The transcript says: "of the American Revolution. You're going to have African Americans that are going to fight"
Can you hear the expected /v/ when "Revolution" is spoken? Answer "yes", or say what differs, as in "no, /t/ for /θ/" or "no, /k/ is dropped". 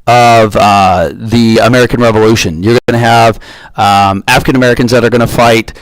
yes